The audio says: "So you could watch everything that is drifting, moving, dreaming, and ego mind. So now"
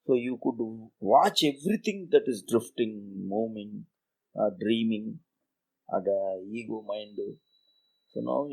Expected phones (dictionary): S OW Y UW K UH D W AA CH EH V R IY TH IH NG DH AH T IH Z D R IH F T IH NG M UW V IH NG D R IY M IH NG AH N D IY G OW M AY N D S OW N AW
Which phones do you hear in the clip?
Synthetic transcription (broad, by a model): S OW Y UW K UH D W AA CH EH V R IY T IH NG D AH T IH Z D R IH F T IH NG M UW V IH NG D R IY M IH NG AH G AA IY G OW M AY N D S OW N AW